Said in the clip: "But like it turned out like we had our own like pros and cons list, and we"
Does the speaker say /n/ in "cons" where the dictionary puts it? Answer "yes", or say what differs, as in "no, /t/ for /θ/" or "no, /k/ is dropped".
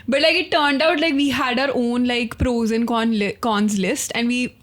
yes